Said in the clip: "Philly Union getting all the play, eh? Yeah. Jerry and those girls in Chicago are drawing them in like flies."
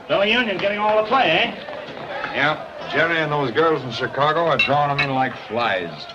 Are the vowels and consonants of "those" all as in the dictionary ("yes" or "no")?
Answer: yes